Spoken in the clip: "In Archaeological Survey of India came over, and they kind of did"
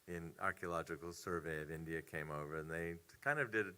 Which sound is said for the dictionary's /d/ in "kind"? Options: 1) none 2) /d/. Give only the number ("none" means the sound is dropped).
2